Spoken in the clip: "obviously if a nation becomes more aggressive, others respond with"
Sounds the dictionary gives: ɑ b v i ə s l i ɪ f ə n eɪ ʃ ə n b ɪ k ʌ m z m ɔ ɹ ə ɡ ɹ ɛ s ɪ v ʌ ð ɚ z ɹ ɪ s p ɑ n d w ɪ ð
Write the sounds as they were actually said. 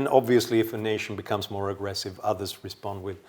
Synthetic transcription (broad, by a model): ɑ b v i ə s l i ɪ f ə n eɪ ʃ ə n b ɪ k ʌ m z m ɔ ɹ ə ɡ ɹ ɛ s ɪ v ʌ ð ɚ z ɹ ɪ s p ɑ n d w ɪ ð